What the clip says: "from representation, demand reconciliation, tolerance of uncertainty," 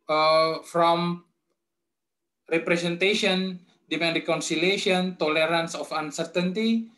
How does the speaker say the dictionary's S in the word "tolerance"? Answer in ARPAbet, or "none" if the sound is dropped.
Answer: S